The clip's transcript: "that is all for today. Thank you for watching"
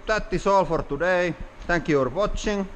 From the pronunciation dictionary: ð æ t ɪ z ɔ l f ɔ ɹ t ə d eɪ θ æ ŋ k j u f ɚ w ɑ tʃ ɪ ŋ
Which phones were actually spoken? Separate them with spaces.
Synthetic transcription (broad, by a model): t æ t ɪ s ɔ l f ɔ ɹ t ə d eɪ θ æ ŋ k j u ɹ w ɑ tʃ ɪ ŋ